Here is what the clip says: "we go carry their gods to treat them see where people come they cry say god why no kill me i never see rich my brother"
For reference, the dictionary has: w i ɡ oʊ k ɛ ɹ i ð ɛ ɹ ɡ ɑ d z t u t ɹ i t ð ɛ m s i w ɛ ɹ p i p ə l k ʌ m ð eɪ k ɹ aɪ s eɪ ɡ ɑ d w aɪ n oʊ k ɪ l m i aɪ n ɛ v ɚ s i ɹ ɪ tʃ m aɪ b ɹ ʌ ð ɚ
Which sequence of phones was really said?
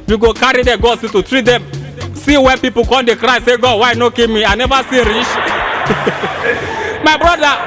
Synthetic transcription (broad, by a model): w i ɡ oʊ k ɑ ɹ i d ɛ ɡ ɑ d s t u t ɹ i t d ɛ m s i w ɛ p i p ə k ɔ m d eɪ k ɹ aɪ s eɪ ɡ ɑ d w aɪ n oʊ k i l m i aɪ n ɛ v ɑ s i ɹ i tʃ m aɪ b ɹ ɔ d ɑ